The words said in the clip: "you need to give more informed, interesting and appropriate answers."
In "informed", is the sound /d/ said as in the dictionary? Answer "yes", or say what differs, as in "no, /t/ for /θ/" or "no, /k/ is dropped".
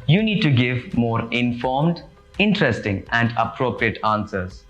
yes